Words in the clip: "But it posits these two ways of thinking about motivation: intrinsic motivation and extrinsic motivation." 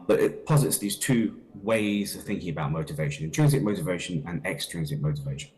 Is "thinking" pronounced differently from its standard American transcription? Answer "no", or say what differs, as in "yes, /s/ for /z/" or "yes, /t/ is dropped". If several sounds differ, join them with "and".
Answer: no